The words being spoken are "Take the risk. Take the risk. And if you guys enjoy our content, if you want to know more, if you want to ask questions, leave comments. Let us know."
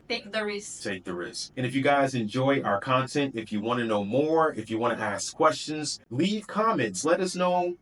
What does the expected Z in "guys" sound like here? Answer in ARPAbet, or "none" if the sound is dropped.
Z